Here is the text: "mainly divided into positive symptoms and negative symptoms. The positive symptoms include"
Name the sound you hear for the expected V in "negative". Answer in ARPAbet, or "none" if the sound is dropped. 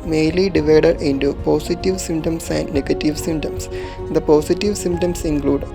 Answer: V